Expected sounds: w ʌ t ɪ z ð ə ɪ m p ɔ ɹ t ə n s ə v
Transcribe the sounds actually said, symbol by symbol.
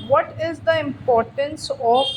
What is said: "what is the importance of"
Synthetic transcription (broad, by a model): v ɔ t ɪ z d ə ɪ m p ɔ ɹ t ə n s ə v